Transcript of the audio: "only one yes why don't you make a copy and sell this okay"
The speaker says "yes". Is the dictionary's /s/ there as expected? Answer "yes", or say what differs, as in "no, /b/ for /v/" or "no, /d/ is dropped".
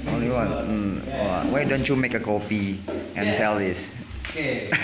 no, /s/ is dropped